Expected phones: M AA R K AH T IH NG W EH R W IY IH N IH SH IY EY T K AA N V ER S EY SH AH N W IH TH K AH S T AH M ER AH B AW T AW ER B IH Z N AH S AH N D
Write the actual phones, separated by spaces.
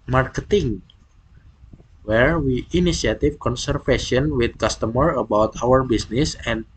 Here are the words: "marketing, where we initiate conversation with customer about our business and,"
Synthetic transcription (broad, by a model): M AA R K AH T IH NG W EH R W IY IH N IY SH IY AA T K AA N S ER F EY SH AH N W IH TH K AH S T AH M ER AH B AW T AW ER B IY S N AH S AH N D